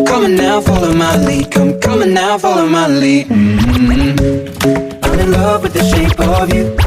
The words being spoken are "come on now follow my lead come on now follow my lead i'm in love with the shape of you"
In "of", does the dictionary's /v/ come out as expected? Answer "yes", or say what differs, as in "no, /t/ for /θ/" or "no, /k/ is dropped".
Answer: yes